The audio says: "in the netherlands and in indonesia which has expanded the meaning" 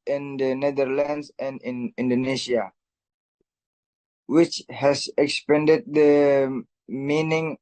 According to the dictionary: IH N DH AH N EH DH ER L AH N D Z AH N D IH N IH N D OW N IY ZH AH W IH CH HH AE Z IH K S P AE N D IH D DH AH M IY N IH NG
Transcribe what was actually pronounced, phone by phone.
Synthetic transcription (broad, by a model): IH N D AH N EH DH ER L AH N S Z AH N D IH N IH N D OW N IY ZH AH W IH CH HH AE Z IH K S P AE N D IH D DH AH M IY N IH NG